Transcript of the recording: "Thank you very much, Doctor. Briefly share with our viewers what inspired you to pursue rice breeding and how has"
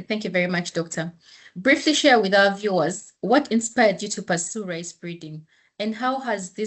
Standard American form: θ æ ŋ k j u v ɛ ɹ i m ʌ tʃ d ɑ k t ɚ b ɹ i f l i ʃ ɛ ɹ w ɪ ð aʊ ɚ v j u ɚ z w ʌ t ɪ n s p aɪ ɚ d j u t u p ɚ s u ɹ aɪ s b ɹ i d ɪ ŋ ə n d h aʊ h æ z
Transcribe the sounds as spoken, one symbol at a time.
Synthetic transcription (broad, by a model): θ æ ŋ k j u v ɛ ɹ i m ʌ tʃ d ɑ k t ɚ b ɹ i f l i ʃ ɛ ɹ w ɪ ð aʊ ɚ v j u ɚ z w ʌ t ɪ n s p aɪ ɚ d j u t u p ɚ s u ɹ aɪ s b ɹ i d ɪ ŋ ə n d h aʊ h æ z